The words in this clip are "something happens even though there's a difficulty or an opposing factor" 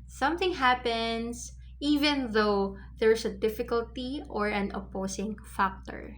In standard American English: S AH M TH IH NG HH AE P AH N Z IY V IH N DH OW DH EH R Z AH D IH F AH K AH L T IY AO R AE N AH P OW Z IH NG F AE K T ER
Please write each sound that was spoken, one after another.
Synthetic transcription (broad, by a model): S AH M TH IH NG HH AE P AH N S IY V IH N DH OW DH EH R S AH D IH F AH K AH L T IY AO R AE N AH P OW S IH NG F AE K T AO